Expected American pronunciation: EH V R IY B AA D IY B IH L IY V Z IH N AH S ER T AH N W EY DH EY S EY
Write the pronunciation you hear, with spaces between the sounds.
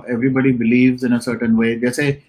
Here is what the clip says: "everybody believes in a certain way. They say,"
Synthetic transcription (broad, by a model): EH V R IY B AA D IY B IH L IY V Z IH N AH S ER T AH N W EY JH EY S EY